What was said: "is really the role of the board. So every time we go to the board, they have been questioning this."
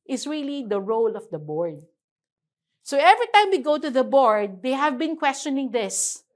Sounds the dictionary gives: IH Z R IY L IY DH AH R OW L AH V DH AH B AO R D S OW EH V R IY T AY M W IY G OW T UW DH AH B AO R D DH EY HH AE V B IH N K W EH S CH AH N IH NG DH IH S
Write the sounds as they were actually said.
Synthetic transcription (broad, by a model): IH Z R IY L IY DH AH R OW L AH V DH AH B AO R D S OW EH V R IY T AY M W IY G OW T UW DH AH B AO R D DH EY HH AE V B IH N K W EH S CH AH N IH NG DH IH S